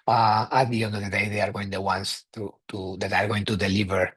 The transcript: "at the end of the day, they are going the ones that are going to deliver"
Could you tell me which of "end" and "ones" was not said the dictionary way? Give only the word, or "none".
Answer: ones